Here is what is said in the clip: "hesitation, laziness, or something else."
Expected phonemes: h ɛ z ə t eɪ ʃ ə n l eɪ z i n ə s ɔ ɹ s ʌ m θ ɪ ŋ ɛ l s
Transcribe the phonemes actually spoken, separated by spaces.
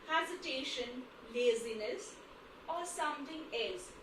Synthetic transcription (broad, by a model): h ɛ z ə t eɪ ʃ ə n l eɪ z i n ə s ɔ ɹ s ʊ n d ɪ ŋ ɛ l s